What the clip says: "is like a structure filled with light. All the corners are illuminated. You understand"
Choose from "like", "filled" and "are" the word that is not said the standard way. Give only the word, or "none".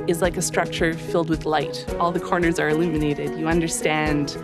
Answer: none